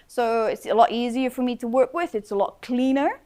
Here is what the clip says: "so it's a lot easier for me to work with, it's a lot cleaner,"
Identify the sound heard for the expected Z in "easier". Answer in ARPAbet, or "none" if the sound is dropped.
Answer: Z